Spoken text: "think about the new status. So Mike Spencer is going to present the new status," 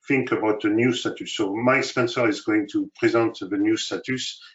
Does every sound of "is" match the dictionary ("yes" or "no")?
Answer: yes